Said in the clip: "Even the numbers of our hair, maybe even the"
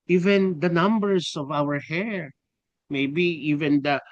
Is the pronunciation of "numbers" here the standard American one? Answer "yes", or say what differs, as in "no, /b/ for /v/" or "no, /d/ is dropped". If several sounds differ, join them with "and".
no, /s/ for /z/